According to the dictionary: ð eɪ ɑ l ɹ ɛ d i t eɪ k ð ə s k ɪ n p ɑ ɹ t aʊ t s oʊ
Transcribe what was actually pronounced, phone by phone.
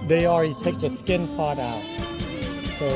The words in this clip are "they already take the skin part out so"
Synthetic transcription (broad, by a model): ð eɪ ɑ l ɹ ɛ d i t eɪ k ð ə s k ɪ n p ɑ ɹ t aʊ t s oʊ